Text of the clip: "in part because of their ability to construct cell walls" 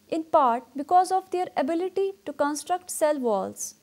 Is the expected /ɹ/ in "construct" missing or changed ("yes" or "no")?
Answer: no